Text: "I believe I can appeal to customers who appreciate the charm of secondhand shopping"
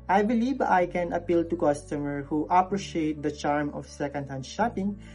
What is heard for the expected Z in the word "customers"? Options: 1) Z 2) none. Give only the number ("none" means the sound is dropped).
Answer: 2